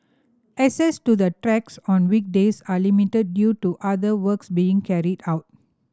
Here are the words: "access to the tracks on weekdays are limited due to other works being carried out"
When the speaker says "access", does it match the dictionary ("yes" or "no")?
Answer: no